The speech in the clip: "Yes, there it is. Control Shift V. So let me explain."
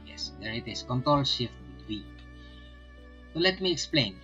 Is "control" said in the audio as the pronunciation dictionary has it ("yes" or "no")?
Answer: yes